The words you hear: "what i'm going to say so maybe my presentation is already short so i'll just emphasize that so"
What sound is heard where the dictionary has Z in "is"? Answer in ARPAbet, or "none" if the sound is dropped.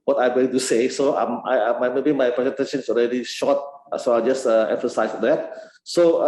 S